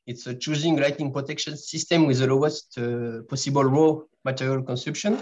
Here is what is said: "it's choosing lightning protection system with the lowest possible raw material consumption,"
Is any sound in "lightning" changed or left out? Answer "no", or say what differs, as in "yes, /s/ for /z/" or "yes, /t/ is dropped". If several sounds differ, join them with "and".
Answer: yes, /n/ is dropped